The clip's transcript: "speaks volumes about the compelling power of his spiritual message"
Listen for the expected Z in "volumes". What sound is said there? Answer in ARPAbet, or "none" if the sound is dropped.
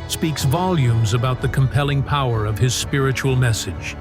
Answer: Z